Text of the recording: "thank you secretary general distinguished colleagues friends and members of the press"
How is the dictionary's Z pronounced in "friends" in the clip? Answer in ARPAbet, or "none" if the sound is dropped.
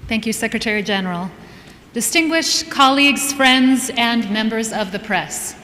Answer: Z